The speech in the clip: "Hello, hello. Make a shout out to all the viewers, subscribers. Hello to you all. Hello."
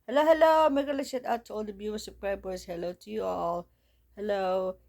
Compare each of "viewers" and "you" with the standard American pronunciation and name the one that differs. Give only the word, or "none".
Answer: viewers